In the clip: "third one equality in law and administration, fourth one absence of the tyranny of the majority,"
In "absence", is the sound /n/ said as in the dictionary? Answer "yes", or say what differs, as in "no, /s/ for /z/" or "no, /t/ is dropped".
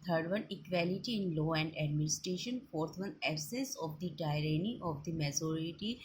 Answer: no, /n/ is dropped